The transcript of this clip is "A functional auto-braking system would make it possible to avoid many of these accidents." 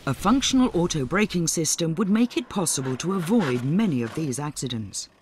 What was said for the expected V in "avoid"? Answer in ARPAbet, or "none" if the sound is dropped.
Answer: V